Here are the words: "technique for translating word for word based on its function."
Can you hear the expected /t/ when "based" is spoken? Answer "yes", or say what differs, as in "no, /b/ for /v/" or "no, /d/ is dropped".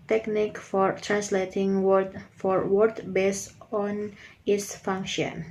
no, /t/ is dropped